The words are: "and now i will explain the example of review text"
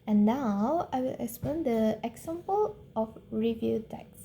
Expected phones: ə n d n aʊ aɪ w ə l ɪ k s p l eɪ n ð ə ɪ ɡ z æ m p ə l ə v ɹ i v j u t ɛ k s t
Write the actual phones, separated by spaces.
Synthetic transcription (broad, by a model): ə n n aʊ aɪ w ə l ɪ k s p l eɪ n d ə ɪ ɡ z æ m p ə l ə f ɹ i v j u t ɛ k s